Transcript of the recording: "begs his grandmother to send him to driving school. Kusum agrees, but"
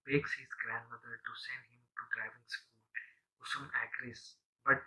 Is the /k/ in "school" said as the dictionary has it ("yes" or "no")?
yes